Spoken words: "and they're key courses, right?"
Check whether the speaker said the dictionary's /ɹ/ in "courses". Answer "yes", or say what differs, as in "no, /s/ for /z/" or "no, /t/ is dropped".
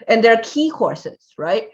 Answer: yes